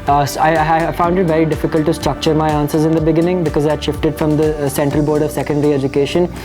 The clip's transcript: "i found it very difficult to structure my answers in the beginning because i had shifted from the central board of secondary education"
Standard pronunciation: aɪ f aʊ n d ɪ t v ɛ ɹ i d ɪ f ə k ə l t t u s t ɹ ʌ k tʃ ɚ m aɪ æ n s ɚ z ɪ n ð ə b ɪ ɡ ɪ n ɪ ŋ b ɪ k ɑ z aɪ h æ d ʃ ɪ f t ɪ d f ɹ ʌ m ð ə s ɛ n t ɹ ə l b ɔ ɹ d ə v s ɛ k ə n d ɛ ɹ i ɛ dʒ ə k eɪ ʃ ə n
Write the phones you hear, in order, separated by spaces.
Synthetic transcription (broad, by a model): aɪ f aʊ n d ɪ t v ɛ ɹ i d ɪ f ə k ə l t t u s t ɹ ʌ k tʃ ɚ m aɪ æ n s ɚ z ɪ n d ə b ɪ ɡ ɪ n ɪ ŋ b ɪ k ɑ z aɪ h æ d ʃ ɪ f t ɪ d f ɹ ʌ m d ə s ɛ n t ɹ ə l b ɔ ɹ d ə v s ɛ k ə n d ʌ ɹ i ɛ dʒ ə k eɪ ʃ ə n